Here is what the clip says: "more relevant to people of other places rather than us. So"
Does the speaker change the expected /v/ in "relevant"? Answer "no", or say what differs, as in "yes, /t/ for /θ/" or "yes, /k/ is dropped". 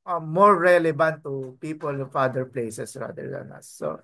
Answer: yes, /b/ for /v/